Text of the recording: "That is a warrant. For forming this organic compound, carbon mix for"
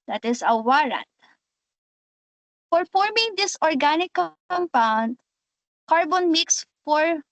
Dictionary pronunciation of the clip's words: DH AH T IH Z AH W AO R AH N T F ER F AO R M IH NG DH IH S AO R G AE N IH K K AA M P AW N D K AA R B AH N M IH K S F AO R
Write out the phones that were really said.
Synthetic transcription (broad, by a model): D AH T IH S AH W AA R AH N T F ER F AO R M IH NG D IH S AO R G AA N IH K K AA M P AW N D K AA R B AH N M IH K S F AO R